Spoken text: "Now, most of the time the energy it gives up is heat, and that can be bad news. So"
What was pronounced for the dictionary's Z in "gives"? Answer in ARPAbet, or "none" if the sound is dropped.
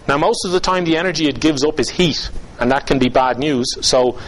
Z